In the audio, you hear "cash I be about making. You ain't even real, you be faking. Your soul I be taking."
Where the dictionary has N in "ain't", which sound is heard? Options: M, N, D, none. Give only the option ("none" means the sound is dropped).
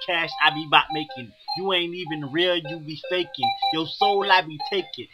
N